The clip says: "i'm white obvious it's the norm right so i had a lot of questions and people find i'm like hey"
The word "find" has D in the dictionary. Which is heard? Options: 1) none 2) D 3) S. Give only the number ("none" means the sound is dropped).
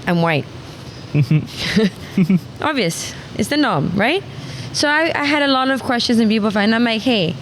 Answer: 1